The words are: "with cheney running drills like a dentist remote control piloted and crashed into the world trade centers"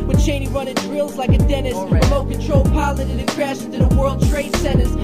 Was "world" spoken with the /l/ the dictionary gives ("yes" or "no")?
yes